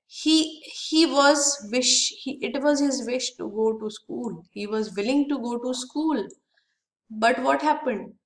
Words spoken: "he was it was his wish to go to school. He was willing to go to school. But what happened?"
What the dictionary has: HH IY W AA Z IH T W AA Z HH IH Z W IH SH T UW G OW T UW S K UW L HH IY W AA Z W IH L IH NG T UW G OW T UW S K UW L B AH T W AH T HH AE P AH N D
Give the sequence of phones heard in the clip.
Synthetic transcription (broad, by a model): HH IY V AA Z IH T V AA Z HH IH Z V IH SH T UW G OW T UW S K UW L HH IY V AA Z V IH L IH NG T UW G OW T UW S K UW L B AH T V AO T HH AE P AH N D